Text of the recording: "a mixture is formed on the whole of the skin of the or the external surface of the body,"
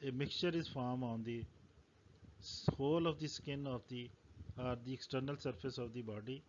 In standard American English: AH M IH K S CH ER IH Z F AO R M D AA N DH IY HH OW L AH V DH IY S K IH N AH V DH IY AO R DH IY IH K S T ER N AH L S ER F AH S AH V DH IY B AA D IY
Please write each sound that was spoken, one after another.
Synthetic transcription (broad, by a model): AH M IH K CH ER IH Z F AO R M AA N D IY HH OW L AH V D IY S K IH N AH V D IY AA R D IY IH K S T ER N AH L S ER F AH S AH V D IY B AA D IY